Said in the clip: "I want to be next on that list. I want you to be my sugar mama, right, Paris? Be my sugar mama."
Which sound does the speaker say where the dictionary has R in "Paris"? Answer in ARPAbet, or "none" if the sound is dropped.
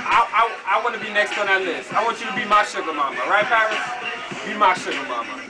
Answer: none